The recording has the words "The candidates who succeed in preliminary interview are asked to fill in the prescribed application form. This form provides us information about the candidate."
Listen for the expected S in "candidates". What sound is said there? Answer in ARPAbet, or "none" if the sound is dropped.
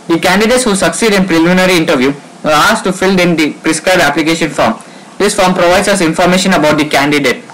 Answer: S